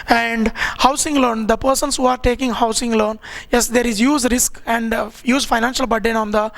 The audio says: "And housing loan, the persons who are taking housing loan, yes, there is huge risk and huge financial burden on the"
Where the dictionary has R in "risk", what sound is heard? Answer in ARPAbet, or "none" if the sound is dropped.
R